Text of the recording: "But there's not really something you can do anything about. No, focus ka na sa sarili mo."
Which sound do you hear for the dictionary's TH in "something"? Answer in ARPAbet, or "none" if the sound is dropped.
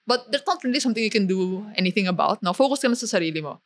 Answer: T